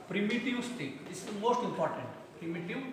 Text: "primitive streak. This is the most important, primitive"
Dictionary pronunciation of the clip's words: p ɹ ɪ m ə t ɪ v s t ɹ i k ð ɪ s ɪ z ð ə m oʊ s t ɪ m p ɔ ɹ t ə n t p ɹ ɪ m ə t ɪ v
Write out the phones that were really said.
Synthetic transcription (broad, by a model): p ɹ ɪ m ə t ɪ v s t i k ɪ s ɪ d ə m oʊ s t ɪ m p ɔ ɹ t ə n t p ɹ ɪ m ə t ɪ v